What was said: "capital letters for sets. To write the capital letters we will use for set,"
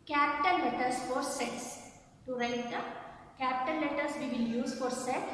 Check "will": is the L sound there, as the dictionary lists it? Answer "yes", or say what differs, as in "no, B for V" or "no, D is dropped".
no, N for L